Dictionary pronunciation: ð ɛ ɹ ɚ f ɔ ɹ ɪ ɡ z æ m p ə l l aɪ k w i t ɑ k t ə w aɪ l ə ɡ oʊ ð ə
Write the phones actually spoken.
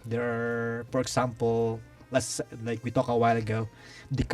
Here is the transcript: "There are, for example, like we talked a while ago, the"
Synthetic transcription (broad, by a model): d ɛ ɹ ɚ f ɔ ɹ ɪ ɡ s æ m p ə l l aɪ k w i t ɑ k ə w aɪ l ə ɡ oʊ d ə